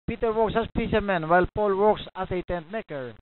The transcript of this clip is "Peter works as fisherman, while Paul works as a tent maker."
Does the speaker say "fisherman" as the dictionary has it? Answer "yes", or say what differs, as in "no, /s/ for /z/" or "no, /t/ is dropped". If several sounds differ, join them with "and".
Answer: no, /s/ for /ʃ/